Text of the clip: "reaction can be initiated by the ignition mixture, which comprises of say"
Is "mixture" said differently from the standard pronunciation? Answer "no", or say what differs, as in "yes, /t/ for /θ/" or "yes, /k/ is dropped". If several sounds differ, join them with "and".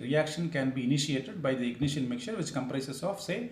yes, /s/ is dropped